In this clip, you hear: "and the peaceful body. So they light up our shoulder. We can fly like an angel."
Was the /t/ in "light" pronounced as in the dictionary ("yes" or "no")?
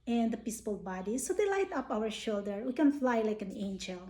yes